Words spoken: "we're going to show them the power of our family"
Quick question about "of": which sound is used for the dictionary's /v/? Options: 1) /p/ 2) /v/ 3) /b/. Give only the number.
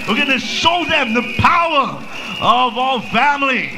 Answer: 2